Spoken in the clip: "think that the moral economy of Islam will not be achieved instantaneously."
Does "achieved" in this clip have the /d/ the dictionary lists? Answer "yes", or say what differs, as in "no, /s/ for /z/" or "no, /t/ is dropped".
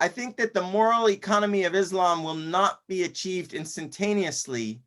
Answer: yes